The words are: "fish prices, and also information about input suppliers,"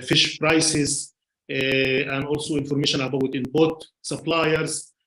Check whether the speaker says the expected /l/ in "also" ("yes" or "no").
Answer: yes